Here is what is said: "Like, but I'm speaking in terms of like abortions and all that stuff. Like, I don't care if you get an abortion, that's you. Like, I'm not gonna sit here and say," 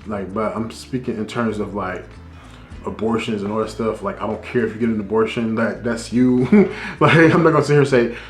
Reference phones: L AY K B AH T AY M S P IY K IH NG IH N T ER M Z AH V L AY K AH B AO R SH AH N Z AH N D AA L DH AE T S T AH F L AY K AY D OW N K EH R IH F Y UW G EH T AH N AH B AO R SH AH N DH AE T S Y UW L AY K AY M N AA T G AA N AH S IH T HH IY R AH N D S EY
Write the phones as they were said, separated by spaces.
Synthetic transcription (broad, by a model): L AY K B AH T AY M S P IY K IH NG IH N T ER M Z AH V L AY K AH B AO R SH AH N Z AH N AA L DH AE T S T AH F L AY K AY D OW N K EH R IH F Y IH G EH T AH N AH B AO R SH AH N DH AE T S Y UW L AY K AY M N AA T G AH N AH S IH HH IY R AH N S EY